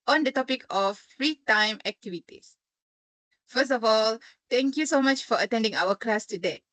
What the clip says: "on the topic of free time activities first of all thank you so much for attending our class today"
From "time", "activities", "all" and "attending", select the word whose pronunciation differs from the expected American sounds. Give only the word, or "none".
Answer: activities